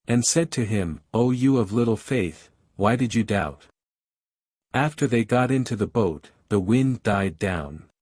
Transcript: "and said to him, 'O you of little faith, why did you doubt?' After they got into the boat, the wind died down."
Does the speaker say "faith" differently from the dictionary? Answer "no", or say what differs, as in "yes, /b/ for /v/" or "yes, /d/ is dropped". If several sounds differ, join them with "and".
no